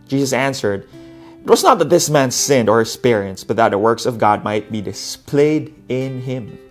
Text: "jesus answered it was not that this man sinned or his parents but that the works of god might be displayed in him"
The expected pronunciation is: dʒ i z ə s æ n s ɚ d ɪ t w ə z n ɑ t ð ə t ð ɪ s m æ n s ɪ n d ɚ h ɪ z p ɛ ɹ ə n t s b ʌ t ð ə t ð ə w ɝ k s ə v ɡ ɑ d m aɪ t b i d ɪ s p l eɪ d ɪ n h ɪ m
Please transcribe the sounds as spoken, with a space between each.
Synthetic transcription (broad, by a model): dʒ i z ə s æ n s ɚ d ɪ t w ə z n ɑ t ð ə t ð ɪ s m æ n s ɪ n d ɚ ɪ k p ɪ ɹ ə n s b ʌ t ð ə t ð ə w ɝ k s ə v ɡ ɑ d m aɪ t b i d ɪ s p l eɪ d ɪ n h ɪ m